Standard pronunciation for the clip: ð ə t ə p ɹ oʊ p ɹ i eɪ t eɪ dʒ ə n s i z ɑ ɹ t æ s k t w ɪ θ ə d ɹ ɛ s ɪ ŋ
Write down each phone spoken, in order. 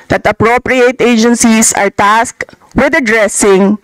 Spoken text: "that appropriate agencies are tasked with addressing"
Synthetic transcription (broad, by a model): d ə t ə p ɹ oʊ p ɹ i eɪ t eɪ dʒ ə n s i s ɑ ɹ t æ s k w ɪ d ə d ɹ ɛ s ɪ ŋ